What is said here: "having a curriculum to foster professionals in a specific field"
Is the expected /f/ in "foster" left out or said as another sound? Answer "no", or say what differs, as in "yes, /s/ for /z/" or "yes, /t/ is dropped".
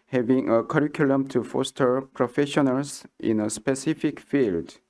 no